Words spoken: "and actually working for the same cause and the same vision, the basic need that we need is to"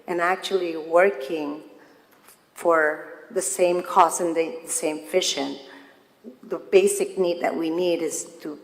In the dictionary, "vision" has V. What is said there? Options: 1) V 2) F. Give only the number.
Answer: 2